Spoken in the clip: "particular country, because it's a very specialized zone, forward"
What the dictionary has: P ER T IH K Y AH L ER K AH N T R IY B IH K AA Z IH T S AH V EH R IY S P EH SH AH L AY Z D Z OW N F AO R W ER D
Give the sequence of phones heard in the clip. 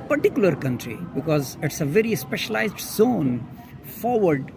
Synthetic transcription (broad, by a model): P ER T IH K Y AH L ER K AH N T R IY B IH K AA Z IH T S AH V EH R IY S P EH SH AH L AY Z D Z OW N F AO R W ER D